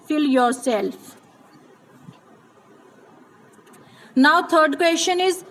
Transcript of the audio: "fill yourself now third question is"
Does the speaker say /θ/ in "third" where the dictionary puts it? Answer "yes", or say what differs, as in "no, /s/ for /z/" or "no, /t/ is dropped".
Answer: no, /t/ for /θ/